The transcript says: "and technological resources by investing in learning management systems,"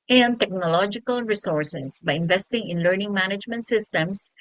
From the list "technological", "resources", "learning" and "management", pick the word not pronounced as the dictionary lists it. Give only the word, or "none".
resources